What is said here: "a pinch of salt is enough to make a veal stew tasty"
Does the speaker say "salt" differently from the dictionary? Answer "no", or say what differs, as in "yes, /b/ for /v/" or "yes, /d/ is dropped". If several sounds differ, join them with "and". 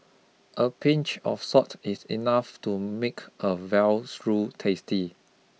yes, /l/ is dropped